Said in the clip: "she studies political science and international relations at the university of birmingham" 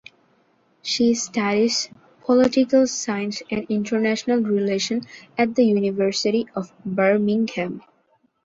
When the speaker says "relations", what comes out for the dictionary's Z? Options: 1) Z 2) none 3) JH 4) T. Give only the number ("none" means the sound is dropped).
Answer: 2